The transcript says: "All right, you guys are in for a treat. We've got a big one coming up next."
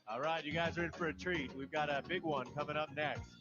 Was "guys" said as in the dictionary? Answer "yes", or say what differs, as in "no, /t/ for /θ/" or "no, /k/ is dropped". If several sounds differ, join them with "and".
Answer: yes